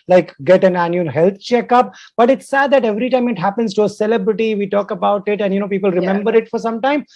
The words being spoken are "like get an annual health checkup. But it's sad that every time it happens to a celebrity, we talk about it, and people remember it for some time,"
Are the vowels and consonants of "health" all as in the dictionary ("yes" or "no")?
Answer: no